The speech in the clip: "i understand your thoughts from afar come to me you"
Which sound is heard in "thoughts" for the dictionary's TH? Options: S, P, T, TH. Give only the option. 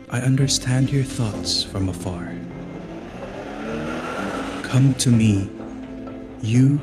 TH